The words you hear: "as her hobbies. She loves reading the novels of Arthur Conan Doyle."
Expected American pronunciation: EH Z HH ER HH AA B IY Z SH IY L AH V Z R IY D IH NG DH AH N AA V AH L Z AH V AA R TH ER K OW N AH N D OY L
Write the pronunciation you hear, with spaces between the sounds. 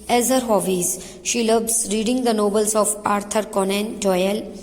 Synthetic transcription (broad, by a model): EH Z HH ER HH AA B IY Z SH IY L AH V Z R IY D IH NG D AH N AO B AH L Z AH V AA R T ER K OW N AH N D OY L